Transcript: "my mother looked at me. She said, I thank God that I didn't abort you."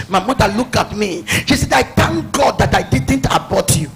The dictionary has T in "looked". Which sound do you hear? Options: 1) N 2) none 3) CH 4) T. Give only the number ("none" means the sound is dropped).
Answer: 2